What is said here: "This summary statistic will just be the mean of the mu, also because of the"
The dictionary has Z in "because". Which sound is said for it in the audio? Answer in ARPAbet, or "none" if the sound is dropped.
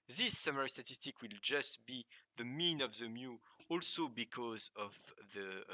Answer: Z